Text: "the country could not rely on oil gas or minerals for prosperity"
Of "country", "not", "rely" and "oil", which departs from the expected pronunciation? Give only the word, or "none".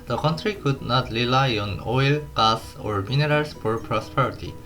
none